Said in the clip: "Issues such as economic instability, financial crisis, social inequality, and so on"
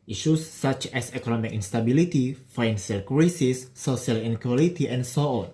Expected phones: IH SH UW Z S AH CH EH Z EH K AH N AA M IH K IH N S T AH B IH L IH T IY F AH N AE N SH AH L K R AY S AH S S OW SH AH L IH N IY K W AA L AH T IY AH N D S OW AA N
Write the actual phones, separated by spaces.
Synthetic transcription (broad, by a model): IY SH UW S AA CH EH S EH K AH N AA M IH K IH N S T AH B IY L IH T IY F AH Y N S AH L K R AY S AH S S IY AH L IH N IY K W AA L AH T IY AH N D S OW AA N